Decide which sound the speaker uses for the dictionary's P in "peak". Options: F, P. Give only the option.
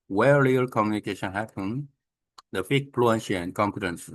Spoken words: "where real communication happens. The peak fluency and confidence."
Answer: F